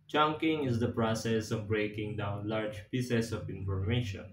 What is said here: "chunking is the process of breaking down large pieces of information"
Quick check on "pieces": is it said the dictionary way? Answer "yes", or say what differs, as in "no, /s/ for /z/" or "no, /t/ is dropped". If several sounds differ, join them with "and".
no, /s/ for /z/